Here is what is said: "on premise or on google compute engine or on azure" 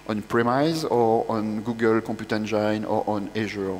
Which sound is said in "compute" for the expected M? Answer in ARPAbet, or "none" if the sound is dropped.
none